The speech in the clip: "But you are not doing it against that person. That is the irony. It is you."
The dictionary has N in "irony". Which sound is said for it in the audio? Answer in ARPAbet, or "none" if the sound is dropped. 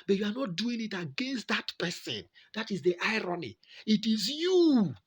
N